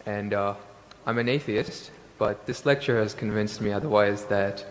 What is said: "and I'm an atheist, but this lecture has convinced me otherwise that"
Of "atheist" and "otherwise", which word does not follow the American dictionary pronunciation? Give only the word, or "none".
none